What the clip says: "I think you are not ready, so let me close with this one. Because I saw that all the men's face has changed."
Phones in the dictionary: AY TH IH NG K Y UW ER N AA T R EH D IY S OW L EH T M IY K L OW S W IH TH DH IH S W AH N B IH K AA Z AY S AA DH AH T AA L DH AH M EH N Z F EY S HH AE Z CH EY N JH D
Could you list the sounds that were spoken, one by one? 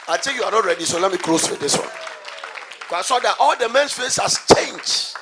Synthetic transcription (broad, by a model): AY T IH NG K Y UW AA N AA T R EH D IY S OW L EH T M IY K L OW S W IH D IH S W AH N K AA IH S AA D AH T AA L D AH M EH N S F EY S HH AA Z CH EY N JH